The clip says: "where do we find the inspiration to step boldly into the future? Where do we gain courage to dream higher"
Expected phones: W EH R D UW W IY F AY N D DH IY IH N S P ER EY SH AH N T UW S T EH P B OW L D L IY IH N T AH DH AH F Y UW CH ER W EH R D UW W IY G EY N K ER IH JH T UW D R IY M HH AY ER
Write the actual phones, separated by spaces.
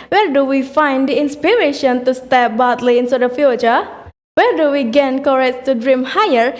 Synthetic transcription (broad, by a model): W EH R D UW W IY F AY N D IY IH N S P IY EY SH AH N T UW S T EH P B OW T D L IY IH N S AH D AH F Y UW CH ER W EH R D UW W IY G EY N K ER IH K T UW D R IY M HH AY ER